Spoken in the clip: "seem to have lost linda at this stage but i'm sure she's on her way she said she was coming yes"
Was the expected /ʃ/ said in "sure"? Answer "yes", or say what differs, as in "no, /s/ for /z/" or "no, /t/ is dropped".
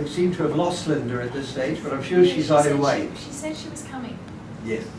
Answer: yes